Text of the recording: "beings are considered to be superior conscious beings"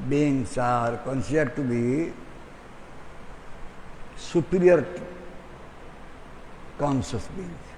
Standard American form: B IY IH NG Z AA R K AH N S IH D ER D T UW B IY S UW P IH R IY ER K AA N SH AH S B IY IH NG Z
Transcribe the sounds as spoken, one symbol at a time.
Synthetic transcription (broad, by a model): B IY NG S AA R K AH N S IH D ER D T UW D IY S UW P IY R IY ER K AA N S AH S B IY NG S